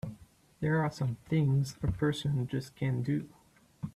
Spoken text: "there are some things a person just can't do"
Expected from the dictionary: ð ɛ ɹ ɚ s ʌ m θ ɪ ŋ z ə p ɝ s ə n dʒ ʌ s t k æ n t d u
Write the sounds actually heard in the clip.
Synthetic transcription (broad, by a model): ð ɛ ɹ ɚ s ʌ m θ ɪ ŋ z ə p ɝ s ə n dʒ ʌ s k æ n d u